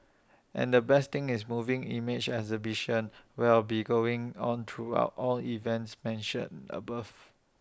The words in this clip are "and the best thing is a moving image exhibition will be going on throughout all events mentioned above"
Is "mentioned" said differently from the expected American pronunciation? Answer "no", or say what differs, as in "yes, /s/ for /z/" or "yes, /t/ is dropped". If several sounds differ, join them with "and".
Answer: yes, /d/ is dropped